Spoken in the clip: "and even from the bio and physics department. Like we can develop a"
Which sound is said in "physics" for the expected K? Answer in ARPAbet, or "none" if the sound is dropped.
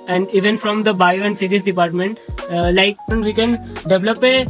none